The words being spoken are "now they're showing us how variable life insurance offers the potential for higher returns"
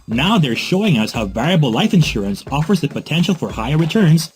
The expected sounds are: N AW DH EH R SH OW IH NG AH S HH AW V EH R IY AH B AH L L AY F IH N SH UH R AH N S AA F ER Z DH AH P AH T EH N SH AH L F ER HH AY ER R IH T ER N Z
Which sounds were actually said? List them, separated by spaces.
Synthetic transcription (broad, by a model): N AW DH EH R SH OW IH NG AH S HH AW V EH R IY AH B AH L L AY F IH N SH UH R AH N S AA F ER Z DH AH P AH T EH N SH L F ER HH AY ER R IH T ER N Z